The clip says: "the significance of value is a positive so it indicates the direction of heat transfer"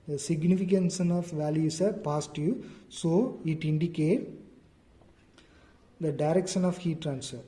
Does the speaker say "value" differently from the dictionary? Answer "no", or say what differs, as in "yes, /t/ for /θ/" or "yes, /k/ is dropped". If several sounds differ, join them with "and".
no